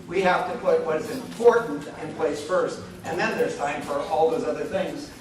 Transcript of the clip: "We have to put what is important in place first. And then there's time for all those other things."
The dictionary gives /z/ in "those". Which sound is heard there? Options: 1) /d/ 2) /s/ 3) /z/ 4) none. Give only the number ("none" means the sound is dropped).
3